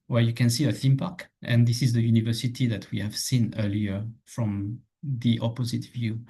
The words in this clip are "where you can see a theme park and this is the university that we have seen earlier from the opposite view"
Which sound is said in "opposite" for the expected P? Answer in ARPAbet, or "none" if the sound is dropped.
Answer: P